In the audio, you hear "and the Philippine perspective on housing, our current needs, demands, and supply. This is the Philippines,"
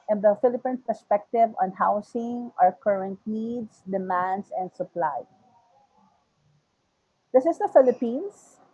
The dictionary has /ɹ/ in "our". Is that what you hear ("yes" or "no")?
yes